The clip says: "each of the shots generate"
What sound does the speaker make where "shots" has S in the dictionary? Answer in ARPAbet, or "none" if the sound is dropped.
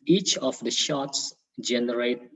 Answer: S